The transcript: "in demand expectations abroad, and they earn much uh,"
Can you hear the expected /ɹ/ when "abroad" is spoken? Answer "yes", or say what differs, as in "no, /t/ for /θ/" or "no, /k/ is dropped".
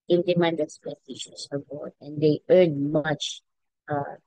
no, /ɹ/ is dropped